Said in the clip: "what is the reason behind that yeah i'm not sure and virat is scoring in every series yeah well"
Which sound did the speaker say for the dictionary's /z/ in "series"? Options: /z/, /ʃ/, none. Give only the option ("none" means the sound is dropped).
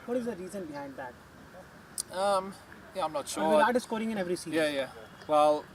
none